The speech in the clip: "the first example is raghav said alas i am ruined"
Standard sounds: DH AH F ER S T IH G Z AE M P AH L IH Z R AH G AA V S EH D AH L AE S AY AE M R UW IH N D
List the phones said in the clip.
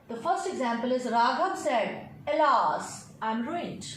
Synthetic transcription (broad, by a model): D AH F ER S T IH G Z AE M P AH L IH Z R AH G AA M S EH D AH L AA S AY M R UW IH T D